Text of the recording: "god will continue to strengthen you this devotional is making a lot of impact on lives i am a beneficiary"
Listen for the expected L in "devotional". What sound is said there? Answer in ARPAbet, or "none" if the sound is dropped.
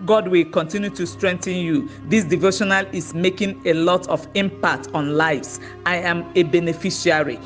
L